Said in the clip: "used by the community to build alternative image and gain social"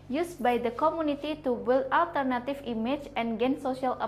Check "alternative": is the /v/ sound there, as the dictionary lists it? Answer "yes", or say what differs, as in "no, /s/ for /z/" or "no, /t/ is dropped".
no, /f/ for /v/